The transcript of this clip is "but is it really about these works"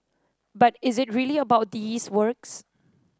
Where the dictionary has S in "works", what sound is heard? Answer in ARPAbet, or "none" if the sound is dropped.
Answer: S